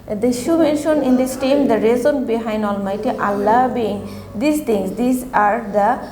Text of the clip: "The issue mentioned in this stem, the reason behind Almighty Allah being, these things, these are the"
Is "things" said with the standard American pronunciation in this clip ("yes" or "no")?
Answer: no